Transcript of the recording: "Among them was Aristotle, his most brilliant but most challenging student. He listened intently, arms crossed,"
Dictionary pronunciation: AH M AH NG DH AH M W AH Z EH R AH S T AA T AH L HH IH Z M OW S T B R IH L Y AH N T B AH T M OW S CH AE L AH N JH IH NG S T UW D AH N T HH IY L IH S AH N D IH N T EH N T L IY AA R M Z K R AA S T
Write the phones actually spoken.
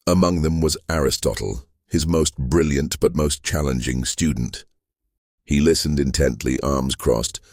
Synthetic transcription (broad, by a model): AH M AH NG DH AH M W AH Z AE R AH S T AA T L HH IH Z M OW S T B R IH L Y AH N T B AH T M OW S CH AE L AH N JH IH NG S T UW D N T HH IY L IH S AH N D IH N T EH N T L IY AA R M Z K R AA S T